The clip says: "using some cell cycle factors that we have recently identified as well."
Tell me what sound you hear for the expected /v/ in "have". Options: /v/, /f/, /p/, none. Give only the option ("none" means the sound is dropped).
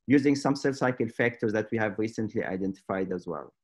/v/